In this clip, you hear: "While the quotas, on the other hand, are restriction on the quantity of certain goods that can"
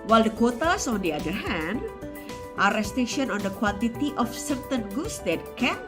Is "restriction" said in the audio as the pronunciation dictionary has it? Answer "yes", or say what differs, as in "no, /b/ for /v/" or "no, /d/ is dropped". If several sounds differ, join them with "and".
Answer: no, /k/ is dropped